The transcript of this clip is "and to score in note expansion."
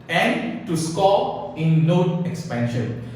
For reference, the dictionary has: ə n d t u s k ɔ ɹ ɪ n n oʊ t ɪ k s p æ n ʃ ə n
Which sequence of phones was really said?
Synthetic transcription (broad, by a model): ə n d t u s k ɔ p ɪ n l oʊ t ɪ k s p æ n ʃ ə n